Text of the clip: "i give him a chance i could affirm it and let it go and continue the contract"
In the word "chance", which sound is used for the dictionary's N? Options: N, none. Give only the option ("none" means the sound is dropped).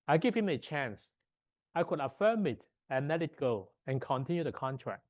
N